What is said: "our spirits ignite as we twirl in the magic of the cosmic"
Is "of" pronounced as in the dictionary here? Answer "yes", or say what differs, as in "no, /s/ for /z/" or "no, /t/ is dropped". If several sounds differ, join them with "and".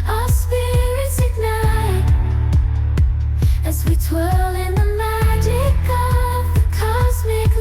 yes